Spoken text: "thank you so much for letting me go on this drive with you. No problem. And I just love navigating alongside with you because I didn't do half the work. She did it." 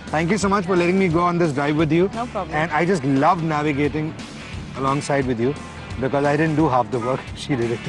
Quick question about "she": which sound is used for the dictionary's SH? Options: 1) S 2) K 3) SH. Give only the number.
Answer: 3